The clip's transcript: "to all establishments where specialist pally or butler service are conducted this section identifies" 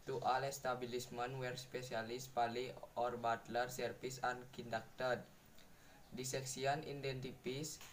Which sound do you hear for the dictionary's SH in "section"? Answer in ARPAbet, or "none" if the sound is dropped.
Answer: S